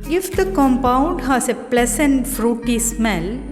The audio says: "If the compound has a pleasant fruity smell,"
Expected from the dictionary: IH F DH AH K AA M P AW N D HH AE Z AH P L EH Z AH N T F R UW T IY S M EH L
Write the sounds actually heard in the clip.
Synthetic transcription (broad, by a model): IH F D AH K AA M P AW N D HH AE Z AH P L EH S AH N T F R UW T IY S M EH L